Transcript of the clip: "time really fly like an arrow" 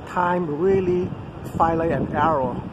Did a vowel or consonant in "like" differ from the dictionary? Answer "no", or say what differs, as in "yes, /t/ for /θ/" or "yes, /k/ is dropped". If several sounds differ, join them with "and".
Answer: yes, /k/ is dropped